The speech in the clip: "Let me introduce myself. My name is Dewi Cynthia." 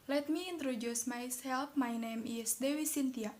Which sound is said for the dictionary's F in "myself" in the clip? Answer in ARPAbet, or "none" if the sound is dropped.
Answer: P